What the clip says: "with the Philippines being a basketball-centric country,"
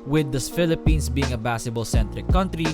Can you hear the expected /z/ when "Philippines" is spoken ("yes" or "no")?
no